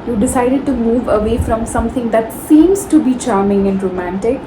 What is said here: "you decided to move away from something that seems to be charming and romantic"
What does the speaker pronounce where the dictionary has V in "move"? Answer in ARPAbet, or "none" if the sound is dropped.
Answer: V